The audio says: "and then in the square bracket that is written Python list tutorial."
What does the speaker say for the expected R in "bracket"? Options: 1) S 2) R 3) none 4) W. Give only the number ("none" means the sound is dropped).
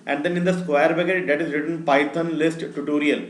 3